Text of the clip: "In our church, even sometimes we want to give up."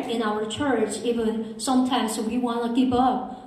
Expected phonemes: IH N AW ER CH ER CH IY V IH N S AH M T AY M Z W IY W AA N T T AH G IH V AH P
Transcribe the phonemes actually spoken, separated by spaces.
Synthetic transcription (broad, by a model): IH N AW ER CH ER CH IY V IH N S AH M T AY M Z W IY W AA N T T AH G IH P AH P